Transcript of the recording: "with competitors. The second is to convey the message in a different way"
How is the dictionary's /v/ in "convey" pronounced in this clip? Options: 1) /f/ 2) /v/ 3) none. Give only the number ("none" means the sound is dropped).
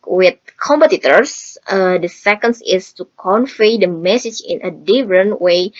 1